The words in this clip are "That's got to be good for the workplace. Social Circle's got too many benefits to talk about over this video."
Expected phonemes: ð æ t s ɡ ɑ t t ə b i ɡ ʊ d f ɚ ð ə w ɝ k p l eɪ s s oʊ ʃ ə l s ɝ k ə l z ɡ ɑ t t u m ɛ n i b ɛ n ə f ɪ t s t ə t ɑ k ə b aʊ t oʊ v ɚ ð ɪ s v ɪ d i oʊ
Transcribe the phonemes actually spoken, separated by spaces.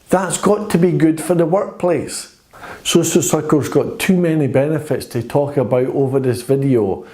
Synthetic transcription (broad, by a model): ð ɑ t s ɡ ɑ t t ə b i ɡ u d f ɚ ð ə w ɝ k p l eɪ s s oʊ s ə s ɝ k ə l z ɡ ɑ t t u m ɛ n i b ɛ n ə f ɪ t s t ə t ɑ k ə b aʊ t oʊ v ɚ ð ɪ s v ɪ d i oʊ